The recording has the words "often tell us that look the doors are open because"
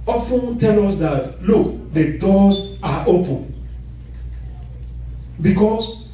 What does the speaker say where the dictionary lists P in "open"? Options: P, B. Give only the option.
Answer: P